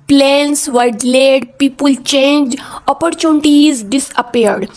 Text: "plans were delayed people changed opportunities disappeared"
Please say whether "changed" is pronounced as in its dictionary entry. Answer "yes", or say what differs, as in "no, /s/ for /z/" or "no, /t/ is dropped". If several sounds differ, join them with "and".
no, /d/ is dropped